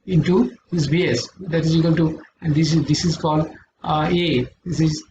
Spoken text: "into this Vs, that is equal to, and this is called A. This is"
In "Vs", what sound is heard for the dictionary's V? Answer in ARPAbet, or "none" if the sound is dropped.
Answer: B